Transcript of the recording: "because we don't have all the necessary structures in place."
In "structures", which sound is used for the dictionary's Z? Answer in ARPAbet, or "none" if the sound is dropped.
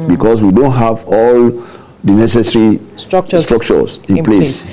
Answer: S